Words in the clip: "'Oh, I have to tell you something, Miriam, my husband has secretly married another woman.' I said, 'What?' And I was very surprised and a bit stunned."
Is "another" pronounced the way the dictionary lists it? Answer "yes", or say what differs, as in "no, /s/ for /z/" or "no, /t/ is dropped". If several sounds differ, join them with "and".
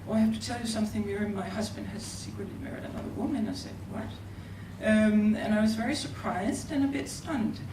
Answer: no, /l/ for /n/